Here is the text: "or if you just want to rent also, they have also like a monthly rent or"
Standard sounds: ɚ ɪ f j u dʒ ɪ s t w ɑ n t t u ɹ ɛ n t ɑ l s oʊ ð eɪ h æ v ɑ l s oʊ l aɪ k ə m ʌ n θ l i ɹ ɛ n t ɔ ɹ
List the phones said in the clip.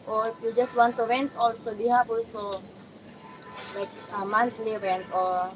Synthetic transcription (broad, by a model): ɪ j u dʒ ɪ s t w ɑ n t t u w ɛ n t ɑ l s oʊ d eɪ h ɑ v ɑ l s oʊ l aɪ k ə m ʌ n t l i w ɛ n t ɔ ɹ